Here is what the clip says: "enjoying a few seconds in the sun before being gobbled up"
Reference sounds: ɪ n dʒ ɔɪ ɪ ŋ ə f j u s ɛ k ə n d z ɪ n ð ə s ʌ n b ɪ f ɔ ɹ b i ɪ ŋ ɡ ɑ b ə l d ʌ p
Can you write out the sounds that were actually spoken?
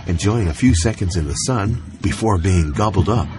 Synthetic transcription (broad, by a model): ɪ n dʒ ɔɪ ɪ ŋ ə f j u s ɛ k ə n d z ɪ n ð ə s ʌ n b ɪ f ɔ ɹ b i ɪ ŋ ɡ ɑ b l d ʌ p